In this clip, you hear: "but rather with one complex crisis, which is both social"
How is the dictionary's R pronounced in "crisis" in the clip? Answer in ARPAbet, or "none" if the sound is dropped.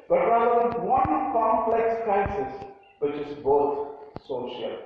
none